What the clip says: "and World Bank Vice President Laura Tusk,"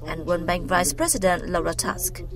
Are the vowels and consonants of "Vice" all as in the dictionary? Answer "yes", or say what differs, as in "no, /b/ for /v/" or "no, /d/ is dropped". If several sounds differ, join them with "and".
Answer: yes